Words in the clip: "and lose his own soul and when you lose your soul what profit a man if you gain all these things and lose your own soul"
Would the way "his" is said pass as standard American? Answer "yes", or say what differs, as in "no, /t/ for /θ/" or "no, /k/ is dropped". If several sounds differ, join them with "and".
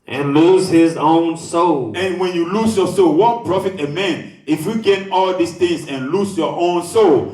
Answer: yes